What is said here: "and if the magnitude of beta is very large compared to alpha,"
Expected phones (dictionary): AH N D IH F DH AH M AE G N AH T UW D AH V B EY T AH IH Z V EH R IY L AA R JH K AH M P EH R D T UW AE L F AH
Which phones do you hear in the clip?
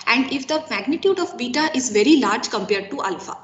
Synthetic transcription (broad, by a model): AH N D IH F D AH M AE G N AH T UW D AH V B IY T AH IH Z V EH R IY L AA R JH K AH M P EH R D T UW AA L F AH